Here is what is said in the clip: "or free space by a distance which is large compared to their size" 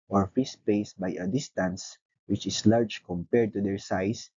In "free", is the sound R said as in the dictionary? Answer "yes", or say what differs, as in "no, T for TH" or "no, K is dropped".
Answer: no, R is dropped